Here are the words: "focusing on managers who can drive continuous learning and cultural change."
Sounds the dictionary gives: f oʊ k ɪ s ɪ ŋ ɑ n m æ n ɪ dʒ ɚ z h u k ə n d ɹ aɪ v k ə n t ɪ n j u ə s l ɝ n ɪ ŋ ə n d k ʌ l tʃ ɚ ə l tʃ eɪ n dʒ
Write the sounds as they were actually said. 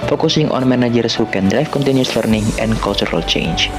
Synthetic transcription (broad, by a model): f oʊ k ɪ s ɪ ŋ ɑ n m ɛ n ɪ dʒ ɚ s h u k ə n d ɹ aɪ f k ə n t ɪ n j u s l ɝ n ɪ ŋ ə n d k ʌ l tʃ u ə l tʃ eɪ n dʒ